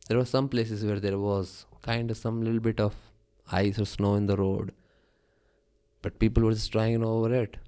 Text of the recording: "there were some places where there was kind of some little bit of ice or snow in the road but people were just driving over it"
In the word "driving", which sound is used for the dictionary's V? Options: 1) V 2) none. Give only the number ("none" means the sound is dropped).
2